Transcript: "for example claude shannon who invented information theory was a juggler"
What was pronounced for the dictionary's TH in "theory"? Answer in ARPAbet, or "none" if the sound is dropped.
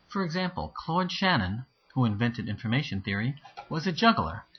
TH